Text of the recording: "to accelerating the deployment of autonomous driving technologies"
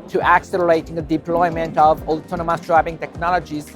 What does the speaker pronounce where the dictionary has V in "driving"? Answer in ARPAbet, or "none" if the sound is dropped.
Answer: B